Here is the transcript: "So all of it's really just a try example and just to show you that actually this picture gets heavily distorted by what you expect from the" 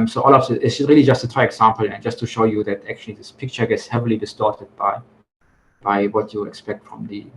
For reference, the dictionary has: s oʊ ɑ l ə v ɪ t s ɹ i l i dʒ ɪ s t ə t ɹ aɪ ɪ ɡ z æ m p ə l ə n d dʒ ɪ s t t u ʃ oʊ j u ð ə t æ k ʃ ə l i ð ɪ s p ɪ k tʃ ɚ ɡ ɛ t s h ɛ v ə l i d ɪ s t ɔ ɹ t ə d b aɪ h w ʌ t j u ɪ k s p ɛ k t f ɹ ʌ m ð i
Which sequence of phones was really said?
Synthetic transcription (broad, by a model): s oʊ ɑ l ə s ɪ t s ɹ i l i dʒ ɪ s t ə t ɹ aɪ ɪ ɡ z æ m p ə l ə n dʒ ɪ s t t u ʃ oʊ j u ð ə t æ k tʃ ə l i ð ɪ s p ɪ k tʃ ɚ ɡ ɛ t s h ɛ v ə l i d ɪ s t ɔ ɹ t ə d b aɪ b w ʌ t j u ɪ k s p ɛ k t f ɹ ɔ m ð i